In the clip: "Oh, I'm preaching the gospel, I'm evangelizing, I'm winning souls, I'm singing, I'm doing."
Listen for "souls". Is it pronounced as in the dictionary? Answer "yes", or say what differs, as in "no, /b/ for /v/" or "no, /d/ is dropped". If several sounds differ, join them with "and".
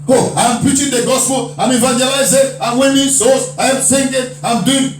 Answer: no, /l/ is dropped